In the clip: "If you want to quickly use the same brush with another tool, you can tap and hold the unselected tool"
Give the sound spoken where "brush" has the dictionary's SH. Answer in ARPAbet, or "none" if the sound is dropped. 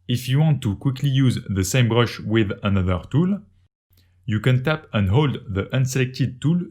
SH